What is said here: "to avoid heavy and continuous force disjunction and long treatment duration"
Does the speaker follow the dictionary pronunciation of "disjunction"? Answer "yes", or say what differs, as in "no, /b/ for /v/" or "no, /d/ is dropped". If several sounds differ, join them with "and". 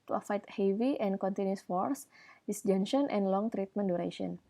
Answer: no, /k/ is dropped